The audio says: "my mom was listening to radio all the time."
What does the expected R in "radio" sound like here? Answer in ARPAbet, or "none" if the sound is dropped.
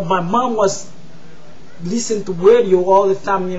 W